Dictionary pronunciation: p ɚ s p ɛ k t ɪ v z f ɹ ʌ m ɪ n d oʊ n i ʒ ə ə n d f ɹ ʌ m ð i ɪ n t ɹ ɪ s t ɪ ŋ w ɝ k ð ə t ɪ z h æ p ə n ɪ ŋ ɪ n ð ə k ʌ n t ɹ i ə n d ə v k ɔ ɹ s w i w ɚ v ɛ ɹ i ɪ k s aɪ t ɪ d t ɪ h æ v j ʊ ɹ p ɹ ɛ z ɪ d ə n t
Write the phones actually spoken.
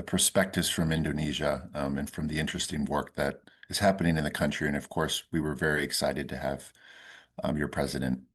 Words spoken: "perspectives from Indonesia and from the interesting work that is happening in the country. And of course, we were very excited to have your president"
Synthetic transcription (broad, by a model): p ɚ s p ɛ k t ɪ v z f ɹ ʌ m ɪ n d oʊ n i ʒ ə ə n f ɹ ʌ m ð i ɪ n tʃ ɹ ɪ s t ɪ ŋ w ɝ k ð ə t ɪ z h æ p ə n ɪ ŋ ɪ n ð ə k ʌ n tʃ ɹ i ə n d ə v k ɔ ɹ s w i w ɚ v ɛ ɹ i ɪ k s aɪ t ɪ d t ɪ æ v j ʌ ɹ p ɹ ɛ z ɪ d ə n t